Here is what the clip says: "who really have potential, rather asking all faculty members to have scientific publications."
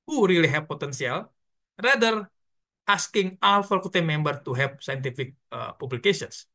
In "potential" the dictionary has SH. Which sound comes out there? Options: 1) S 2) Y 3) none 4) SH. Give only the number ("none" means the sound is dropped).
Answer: 1